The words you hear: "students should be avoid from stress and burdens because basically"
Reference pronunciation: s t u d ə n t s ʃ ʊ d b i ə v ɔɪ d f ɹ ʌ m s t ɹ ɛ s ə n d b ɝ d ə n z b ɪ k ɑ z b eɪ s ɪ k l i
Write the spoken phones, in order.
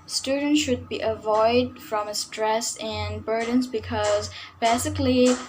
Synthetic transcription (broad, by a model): s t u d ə n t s ʃ ʊ d b i ə v ɔɪ d f ɹ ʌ m s t ɹ ɛ s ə n b ɝ d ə n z b ɪ k ɑ z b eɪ s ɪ k l i